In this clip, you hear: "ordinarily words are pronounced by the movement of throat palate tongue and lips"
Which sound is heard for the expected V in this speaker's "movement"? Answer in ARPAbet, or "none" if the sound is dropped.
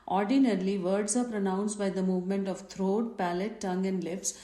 V